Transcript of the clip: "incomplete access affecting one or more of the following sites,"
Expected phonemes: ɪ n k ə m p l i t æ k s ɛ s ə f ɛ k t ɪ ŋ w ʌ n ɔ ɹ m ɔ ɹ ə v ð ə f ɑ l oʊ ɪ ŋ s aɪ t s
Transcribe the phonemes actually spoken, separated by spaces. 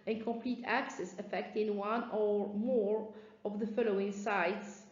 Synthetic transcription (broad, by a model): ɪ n k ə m p l i t æ k s ɛ s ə f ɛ k t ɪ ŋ w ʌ n ɔ ɹ m ɔ ɹ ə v ð ə f ɑ l oʊ ɪ ŋ s aɪ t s